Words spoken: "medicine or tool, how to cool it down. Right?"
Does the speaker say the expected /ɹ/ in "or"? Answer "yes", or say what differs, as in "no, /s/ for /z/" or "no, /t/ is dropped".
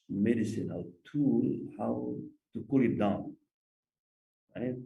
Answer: no, /l/ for /ɹ/